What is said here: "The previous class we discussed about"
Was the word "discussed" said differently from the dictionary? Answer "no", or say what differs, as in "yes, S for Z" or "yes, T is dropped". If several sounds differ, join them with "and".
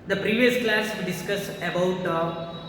yes, T is dropped